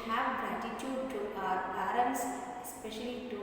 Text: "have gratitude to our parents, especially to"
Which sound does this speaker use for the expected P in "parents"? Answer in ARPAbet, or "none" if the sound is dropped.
B